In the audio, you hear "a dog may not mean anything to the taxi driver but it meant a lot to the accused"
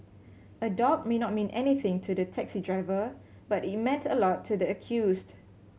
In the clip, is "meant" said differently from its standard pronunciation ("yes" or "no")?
no